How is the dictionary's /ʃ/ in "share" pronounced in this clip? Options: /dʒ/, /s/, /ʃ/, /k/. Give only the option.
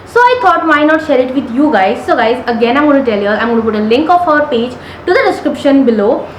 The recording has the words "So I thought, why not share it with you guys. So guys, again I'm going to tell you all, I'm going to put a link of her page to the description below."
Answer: /ʃ/